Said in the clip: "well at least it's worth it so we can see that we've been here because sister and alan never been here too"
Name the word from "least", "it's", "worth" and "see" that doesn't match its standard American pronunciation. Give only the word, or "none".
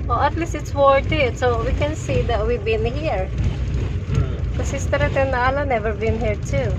worth